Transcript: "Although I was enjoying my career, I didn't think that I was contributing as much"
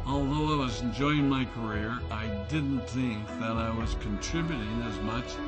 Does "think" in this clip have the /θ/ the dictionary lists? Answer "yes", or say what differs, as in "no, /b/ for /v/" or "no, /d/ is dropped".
yes